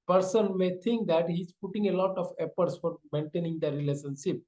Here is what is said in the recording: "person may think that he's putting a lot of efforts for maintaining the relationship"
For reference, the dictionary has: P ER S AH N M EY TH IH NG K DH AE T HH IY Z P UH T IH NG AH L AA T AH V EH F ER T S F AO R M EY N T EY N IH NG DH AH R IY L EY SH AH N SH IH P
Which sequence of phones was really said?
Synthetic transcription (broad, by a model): P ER S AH N M EY T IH NG K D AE T HH IY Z P UH T IH NG AH L AA T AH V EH P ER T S F AO R M EY N T EY N IH NG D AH R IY L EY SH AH N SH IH P